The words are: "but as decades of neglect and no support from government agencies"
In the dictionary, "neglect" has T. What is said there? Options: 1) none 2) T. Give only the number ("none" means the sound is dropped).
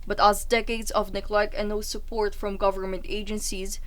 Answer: 1